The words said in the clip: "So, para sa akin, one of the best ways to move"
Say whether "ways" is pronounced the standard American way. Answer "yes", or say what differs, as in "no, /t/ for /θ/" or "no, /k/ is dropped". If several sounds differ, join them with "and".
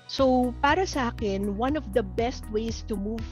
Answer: no, /s/ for /z/